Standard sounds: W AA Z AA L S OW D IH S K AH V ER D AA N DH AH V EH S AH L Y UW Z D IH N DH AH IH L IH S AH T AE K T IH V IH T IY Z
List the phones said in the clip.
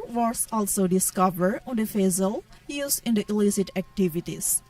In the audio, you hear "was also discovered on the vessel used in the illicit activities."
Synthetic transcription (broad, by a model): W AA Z AA L S OW D IH S K AH V ER D AA N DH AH F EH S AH L Y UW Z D IH N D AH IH L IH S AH T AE K T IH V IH T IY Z